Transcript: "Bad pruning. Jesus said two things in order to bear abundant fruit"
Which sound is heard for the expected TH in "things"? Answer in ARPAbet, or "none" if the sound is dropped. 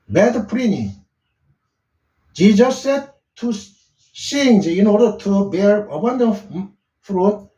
S